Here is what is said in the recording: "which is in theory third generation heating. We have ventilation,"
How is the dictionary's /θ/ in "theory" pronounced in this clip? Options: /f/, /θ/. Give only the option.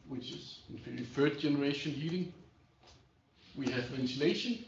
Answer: /f/